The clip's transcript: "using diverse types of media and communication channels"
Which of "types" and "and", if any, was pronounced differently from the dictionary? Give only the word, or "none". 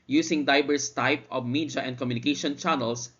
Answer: types